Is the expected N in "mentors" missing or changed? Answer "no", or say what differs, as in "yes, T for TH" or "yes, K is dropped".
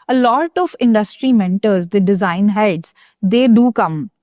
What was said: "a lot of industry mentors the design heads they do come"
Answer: no